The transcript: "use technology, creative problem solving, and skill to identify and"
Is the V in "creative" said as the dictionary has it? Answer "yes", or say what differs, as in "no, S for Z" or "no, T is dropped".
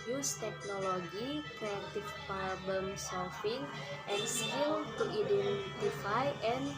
no, F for V